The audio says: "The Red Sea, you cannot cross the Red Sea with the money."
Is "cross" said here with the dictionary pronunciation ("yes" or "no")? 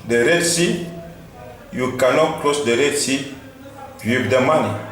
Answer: no